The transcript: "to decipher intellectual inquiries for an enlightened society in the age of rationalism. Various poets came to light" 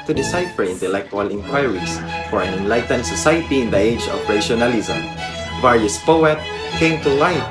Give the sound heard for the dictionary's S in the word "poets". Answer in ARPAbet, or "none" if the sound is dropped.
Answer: none